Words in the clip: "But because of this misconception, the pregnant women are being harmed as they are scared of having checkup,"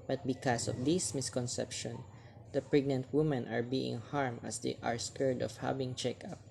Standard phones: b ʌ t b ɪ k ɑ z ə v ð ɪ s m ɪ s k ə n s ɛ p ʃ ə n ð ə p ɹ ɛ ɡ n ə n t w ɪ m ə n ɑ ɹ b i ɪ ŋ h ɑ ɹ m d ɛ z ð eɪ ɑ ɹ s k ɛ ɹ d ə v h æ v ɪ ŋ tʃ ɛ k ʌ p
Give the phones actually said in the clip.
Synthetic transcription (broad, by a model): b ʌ t b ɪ k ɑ s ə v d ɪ s m ɪ s k ə n s ɛ p ʃ ə n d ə p ɹ ɛ ɡ n ə n t w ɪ m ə n ɑ ɹ b i ɪ ŋ h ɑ ɹ m ʌ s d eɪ ɑ ɹ s k ɛ ɹ d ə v h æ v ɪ ŋ tʃ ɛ k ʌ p